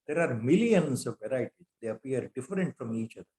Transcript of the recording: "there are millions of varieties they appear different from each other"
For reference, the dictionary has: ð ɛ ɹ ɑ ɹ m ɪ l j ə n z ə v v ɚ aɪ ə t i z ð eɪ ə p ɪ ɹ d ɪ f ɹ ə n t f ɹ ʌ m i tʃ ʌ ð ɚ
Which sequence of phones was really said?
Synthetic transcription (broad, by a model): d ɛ ɹ ɑ ɹ m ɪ l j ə n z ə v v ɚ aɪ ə t i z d eɪ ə p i ɹ d ɪ f ɹ ə n t f ɹ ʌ m i tʃ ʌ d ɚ